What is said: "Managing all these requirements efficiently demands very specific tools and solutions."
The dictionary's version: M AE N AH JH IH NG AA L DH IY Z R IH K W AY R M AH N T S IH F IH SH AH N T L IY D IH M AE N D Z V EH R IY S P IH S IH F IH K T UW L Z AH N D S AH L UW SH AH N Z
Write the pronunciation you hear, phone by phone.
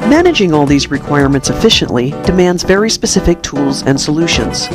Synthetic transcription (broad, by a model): M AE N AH JH IH NG AA L DH IY Z R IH K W AY R M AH N T S IH F IH SH AH N T L IY D IH M AE N D Z V EH R IY S P IH S IH F IH K T UW L Z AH N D S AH L UW SH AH N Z